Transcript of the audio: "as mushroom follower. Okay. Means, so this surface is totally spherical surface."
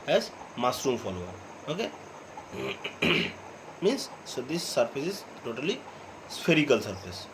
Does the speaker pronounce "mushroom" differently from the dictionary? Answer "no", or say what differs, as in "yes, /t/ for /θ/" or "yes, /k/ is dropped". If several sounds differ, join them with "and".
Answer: yes, /s/ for /ʃ/